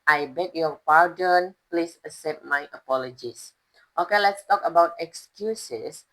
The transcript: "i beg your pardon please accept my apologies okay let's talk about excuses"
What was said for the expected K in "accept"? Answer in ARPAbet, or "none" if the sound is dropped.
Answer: none